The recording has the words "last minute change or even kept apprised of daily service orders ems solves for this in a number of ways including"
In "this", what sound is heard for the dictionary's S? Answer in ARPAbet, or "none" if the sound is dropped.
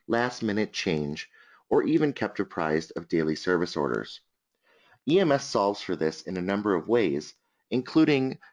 S